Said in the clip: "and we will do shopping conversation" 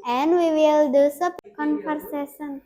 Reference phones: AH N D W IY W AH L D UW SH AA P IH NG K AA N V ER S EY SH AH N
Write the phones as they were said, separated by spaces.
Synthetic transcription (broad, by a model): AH N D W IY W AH L D UW S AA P K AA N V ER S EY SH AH N